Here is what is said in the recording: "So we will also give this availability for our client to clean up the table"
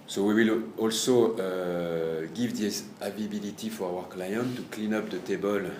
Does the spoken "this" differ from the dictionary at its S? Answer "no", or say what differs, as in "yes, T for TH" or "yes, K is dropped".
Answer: yes, S is dropped